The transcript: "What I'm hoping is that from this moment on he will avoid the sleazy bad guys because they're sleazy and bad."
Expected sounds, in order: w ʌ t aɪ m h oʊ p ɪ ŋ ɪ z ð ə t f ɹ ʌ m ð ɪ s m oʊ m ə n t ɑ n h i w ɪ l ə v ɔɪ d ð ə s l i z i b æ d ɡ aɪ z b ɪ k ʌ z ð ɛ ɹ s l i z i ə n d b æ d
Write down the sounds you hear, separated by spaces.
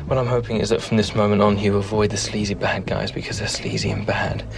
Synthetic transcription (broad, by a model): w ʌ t aɪ m h oʊ p ɪ ŋ ɪ z ð ə t f ɹ ʌ m ð ɪ s m oʊ m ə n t n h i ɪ ə v ɔɪ d ð ə s l i z i b æ d ɡ aɪ z b ɪ k ʌ z ð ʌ ɹ s l i z i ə n b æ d